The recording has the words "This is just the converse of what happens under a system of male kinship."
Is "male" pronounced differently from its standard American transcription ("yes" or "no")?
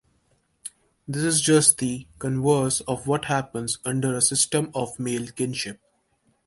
no